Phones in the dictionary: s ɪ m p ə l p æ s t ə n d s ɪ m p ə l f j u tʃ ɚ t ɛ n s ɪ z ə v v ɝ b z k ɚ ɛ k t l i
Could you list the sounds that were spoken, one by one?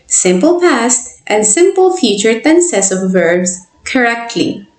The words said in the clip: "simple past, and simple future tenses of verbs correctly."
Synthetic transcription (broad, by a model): s ɪ m p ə l p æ s t ə n d s ɪ m p ə l f j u tʃ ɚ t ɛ n s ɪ s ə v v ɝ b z k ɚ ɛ k t l i